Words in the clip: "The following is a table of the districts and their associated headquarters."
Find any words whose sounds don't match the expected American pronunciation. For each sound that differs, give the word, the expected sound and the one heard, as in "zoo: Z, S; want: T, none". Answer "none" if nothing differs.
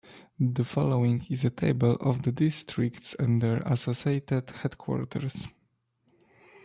headquarters: Z, S